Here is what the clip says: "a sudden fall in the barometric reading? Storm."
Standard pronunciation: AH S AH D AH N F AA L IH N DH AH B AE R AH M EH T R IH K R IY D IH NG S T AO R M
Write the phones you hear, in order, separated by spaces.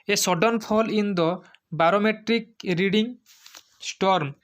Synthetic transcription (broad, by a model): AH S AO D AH N P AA L IH N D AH B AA R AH M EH T R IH K R IY D IH NG S T AO R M